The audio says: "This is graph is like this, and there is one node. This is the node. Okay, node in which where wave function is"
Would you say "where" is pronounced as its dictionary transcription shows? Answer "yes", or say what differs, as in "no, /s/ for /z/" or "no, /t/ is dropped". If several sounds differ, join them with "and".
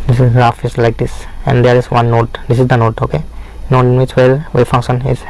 no, /l/ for /ɹ/